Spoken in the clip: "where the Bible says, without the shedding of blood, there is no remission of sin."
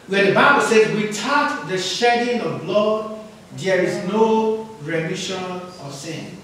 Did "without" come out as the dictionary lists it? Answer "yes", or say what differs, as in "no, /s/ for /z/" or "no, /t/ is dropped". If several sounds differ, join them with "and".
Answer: no, /t/ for /θ/